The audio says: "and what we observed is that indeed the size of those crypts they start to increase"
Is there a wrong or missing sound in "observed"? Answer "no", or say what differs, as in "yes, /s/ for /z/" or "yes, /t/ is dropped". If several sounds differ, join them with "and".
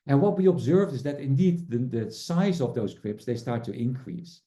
no